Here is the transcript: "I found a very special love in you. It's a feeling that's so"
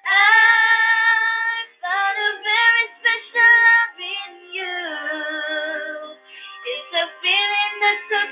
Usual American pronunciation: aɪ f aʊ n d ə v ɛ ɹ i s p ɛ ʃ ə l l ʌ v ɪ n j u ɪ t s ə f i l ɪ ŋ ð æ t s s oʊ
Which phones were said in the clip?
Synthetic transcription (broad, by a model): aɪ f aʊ d ə v ɛ ɹ i s p ɛ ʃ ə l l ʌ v ɪ n j u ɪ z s ə f i l ɪ ŋ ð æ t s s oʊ